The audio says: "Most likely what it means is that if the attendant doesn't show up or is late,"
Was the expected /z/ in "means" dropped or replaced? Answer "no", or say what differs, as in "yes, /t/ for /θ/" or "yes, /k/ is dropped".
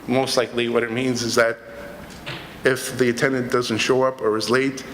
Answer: no